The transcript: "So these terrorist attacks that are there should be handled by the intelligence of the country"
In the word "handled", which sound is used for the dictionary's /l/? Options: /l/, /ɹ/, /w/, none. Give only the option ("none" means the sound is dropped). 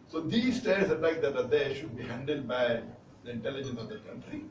/l/